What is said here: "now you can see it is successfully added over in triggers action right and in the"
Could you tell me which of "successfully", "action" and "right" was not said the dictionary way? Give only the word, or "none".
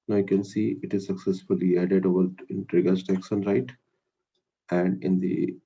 action